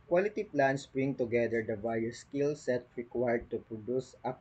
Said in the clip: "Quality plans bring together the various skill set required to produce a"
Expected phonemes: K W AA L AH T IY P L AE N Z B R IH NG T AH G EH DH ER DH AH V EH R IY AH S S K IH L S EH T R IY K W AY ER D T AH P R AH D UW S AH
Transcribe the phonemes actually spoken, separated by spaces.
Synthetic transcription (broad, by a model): K W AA L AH T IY P L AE N S B R IH NG T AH G EH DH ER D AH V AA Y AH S S K IH L S EH T R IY K W AY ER D T AH P R AH D UW S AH